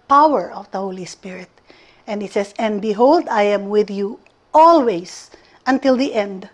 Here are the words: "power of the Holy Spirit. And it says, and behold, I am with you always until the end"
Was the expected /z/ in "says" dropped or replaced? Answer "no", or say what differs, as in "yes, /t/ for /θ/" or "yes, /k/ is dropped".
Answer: yes, /s/ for /z/